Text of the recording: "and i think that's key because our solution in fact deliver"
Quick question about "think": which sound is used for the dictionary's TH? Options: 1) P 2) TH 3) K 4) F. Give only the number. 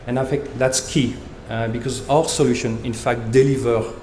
4